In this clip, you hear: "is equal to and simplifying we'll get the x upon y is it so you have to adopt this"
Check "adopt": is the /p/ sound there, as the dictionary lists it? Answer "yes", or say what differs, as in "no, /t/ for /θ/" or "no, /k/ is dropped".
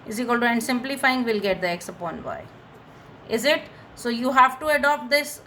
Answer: yes